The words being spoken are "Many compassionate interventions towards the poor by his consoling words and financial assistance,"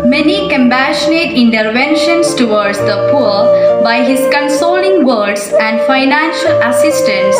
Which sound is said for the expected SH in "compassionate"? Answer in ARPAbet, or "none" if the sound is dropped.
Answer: SH